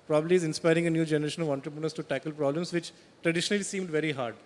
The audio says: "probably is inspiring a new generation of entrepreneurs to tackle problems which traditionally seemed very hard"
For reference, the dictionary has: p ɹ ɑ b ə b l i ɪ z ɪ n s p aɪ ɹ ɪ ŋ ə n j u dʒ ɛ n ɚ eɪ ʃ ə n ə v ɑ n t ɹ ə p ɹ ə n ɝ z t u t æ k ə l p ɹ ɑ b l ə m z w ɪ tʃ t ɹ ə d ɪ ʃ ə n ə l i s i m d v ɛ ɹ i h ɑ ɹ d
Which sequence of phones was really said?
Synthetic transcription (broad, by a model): p ɹ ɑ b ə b l i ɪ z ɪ n s p aɪ ɹ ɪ ŋ ə n j u dʒ ɛ n ɚ eɪ ʃ ə n ə v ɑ n t ɹ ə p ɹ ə n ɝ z t u t æ k ə l p ɹ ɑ b l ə m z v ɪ tʃ t ɹ ə d ɪ ʃ ə n ə l i s i m d v ɛ ɹ i h ɑ ɹ d